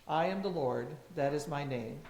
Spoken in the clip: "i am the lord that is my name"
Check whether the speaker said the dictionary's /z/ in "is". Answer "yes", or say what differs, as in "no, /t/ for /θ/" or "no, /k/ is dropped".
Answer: yes